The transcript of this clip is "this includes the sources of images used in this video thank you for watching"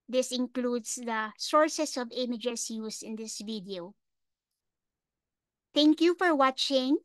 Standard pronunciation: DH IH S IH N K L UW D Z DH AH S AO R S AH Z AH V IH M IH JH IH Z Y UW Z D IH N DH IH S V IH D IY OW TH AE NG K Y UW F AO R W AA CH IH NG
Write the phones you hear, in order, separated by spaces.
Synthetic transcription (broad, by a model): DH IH S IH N K L UW D S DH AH S AO R S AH S AH V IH M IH JH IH S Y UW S IH N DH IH S V IH D IY OW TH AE NG K Y UW F AO R W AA CH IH NG